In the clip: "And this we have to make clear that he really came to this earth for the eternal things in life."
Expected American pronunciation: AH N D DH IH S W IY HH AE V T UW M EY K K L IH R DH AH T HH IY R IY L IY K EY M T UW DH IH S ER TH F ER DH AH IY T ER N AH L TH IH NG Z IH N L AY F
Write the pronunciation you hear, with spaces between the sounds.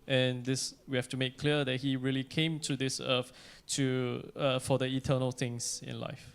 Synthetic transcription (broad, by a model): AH N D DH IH S W IY HH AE F T UW M EY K K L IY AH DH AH T HH IY R IY L IY K EY M T UW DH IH S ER T F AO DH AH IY T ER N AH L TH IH NG S IH N L AY F